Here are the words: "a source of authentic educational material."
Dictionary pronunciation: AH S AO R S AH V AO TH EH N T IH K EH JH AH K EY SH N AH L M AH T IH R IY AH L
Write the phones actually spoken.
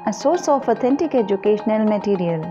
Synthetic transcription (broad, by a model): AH S AO R S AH F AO T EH N T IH K EH JH AH K EY SH N AH L M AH T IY R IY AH L